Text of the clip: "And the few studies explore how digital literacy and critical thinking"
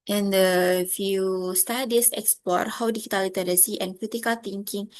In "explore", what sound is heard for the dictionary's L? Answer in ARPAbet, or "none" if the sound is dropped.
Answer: none